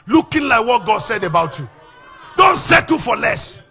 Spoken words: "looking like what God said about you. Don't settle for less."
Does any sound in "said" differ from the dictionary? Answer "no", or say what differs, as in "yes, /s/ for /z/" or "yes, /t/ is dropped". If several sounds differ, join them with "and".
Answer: no